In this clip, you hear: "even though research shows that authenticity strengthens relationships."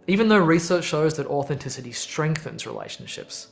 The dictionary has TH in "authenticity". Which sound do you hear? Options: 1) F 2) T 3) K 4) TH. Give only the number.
4